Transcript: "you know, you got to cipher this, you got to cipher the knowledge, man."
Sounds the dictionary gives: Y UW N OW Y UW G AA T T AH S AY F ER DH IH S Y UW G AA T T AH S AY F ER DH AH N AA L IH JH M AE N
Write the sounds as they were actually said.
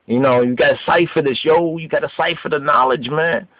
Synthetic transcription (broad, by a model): Y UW N OW Y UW G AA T T AH S AY F ER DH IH SH Y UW G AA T T AH S AY F ER DH AH N AA L IH JH M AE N